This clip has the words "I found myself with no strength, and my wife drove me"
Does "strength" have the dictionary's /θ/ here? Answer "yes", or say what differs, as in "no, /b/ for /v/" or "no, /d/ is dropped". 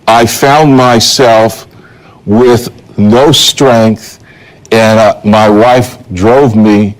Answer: yes